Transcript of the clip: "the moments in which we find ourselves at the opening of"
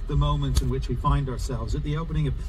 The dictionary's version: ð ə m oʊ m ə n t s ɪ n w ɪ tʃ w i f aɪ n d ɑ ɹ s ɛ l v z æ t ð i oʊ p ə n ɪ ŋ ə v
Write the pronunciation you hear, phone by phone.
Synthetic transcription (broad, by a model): ð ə m oʊ m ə n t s ɪ n w ɪ tʃ w i f aɪ n d ɑ ɹ s ɛ l v z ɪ t ð i oʊ p ə n ɪ ŋ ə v